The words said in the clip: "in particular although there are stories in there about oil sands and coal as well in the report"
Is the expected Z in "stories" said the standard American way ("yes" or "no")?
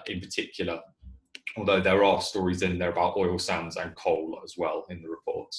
yes